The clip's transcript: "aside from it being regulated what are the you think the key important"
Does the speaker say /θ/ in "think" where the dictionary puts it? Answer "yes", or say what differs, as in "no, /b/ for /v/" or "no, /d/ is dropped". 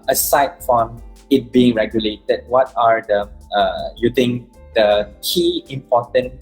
no, /t/ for /θ/